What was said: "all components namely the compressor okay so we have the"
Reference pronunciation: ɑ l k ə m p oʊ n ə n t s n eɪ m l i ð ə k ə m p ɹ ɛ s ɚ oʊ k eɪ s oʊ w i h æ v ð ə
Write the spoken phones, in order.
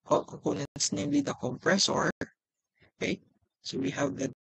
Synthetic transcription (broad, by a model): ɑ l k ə p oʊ n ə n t s n eɪ m l i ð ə k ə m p ɹ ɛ s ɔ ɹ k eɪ s oʊ w i h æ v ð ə